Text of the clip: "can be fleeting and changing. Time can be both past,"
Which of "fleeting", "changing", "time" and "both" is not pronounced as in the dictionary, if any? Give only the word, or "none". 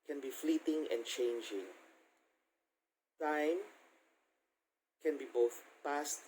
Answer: none